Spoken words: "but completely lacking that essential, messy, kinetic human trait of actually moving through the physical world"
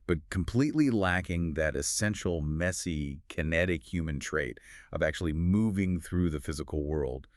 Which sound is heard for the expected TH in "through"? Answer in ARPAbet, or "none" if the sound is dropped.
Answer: TH